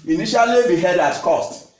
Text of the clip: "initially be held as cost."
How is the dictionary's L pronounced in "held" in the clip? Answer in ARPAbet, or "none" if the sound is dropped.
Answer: none